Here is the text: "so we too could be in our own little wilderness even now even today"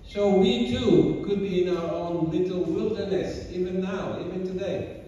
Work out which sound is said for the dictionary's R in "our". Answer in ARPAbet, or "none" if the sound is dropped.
W